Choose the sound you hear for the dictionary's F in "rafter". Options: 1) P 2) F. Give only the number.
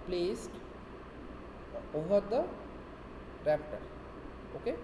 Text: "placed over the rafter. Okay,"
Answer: 1